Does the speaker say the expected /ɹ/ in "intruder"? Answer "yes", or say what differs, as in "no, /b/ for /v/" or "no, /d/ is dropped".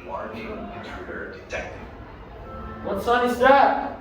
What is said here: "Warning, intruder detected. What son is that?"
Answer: no, /ɹ/ is dropped